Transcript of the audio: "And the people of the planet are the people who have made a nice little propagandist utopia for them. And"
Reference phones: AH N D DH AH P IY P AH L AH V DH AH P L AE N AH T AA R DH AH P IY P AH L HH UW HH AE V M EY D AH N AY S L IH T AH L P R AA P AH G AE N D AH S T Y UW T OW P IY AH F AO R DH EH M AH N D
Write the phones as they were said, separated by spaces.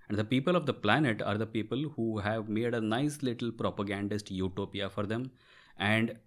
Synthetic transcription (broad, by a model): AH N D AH P IY P AH L AH V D AH P L AE N AH T AA R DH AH P IY P AH L HH UW HH AE V M EY D AH N AY S L IH T AH L P R AA P AH G AE N D AH S T Y UW T OW P IY AH F AO R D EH M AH N D